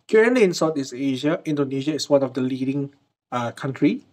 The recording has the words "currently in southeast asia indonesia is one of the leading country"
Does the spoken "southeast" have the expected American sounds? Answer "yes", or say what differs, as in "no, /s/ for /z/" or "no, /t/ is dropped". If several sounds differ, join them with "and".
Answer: no, /t/ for /θ/ and /t/ is dropped